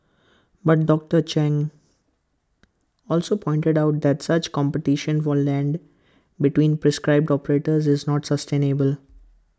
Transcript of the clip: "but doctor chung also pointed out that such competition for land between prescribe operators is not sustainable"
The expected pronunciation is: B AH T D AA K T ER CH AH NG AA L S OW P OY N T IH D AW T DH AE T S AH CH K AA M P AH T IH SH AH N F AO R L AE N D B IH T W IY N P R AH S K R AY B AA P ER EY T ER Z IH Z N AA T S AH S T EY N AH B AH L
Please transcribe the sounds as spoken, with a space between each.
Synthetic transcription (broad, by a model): B AH T D AA K T ER CH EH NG AA L S OW P OY N T IH D AW T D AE T S AH CH K AA M P AH T IH SH AH N F AO R L AE N D B IH T W IY N P R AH S K R AY B AA P ER EY T ER Z IH Z N AA T S AH S T EY N AH B AH L